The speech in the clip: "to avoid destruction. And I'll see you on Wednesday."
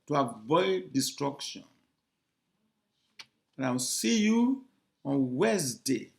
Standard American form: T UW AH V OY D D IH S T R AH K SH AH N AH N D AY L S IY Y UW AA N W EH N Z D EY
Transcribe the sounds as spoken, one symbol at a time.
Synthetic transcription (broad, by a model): T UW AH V OY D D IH S T R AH K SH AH N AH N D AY W S IY Y UW AA N W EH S D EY